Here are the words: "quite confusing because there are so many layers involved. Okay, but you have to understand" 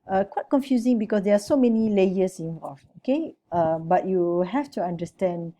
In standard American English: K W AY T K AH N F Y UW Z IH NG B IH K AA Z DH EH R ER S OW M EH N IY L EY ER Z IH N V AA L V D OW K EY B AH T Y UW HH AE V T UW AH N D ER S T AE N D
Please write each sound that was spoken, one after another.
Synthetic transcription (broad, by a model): K W AY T K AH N F Y UW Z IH NG B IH K AA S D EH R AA S OW M EH N IY L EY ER S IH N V AA L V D OW K EY B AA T Y UW HH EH F T UW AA N D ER S T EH N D